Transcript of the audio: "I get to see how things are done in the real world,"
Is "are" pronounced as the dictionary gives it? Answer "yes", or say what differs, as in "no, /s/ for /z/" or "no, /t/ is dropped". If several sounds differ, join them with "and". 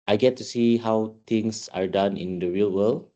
yes